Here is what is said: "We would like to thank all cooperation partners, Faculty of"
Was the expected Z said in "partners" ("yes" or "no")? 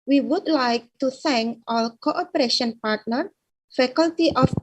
no